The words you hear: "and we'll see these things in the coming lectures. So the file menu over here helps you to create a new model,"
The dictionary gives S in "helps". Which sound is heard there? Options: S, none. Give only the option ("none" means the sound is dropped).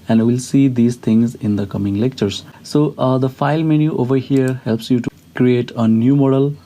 S